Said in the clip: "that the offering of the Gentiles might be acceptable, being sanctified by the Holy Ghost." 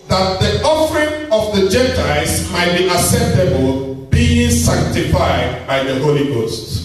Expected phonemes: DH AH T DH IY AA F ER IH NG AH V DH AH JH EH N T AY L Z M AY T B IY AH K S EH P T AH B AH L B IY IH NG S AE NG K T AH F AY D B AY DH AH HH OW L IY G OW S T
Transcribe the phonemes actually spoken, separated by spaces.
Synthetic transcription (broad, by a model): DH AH T DH IY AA F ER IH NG AH V DH AH JH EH N T AY Z M AY T B IY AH S EH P T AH B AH L B IY IH NG S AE NG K T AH F AY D B AY DH AH HH OW L IY G OW S T